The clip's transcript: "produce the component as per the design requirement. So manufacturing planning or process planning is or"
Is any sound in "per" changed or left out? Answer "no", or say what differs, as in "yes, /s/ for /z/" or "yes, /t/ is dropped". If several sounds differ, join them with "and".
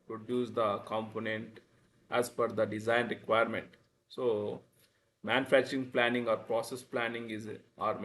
yes, /f/ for /p/